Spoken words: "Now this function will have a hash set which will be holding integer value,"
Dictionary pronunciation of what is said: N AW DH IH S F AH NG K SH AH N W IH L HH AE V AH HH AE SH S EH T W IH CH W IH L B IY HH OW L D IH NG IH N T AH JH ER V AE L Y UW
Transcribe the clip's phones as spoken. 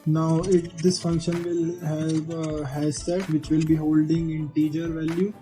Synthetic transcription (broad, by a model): N AW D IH S F AH NG K SH AH N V IH L HH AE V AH HH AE S EH T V IH CH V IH L B IY HH OW L D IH NG IH N T AH JH ER V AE L Y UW